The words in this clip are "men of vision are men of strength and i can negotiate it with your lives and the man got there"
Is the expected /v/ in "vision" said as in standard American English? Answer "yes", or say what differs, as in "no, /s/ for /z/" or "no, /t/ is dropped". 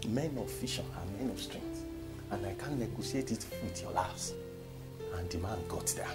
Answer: no, /f/ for /v/